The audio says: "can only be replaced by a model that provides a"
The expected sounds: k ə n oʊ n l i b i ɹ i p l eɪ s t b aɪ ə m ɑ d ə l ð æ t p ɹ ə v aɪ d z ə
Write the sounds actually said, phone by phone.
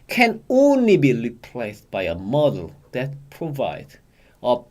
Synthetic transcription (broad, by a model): k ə n oʊ n l i b i ɹ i p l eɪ s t b aɪ ə m ɑ d ə l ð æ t p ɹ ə v aɪ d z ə